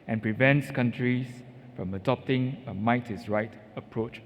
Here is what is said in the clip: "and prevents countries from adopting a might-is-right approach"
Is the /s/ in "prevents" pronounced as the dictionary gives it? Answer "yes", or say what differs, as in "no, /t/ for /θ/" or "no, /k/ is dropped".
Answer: yes